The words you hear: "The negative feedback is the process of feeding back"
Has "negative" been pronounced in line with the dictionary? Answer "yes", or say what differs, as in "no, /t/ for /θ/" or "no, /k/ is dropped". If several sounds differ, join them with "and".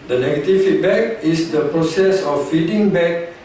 no, /f/ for /v/